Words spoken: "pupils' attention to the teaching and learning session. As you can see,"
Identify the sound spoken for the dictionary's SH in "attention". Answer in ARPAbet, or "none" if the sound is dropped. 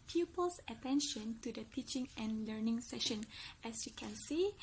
SH